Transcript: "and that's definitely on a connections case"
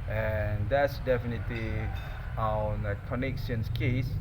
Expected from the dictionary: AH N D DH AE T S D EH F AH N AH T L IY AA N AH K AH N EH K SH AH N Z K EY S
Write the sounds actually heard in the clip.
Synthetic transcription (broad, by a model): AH N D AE T S D EH F AH N AH T L IY AA N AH K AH N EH K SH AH N S K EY S